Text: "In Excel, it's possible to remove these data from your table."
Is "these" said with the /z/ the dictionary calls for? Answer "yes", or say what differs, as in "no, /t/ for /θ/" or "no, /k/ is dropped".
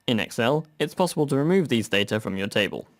yes